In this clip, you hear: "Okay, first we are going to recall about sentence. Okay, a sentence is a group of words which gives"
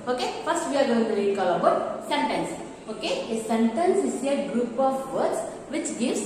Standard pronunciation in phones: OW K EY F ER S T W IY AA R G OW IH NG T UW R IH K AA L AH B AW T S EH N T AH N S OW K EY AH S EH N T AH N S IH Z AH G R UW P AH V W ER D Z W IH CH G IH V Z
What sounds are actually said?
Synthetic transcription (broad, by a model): OW K EY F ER S T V IY AA R G OW IH NG T UW L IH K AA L AH B AW T S EH N T AH N S OW K EY AH S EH N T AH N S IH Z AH G R UW P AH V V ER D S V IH CH G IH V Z